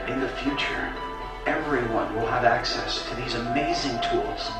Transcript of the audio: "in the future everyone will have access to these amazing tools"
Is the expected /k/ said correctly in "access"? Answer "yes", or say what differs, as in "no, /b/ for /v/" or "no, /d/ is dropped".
yes